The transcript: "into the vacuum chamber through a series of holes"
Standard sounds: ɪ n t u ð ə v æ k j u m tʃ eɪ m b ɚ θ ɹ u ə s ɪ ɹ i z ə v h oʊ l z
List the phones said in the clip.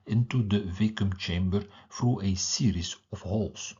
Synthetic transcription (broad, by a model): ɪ n t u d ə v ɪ k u m tʃ eɪ m b ɚ f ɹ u ə s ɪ ɹ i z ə f h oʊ l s